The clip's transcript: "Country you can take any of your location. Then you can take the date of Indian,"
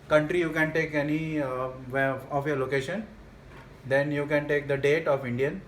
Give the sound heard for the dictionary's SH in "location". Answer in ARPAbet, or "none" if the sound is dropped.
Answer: SH